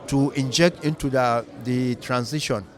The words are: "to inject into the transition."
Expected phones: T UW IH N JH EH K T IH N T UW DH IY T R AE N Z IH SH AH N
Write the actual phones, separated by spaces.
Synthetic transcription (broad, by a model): T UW IH N JH EH K T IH N T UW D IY T R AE N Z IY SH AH N